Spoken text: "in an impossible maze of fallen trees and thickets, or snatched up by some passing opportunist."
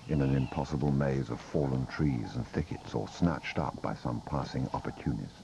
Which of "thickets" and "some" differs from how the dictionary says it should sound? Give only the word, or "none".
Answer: none